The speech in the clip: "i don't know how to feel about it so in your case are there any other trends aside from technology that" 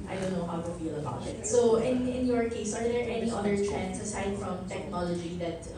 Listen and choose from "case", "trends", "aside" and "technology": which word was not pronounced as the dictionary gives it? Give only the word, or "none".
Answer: trends